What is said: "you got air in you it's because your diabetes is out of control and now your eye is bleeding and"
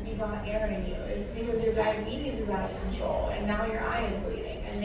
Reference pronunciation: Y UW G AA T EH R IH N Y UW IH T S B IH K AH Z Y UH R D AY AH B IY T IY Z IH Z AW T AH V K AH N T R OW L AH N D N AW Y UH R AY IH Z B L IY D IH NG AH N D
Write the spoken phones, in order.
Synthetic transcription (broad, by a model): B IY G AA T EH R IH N Y UW IH T S B IH K AH Z Y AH R D AY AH B IY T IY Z IH Z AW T AH V K N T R OW L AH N N AW Y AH R AY IH Z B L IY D IH NG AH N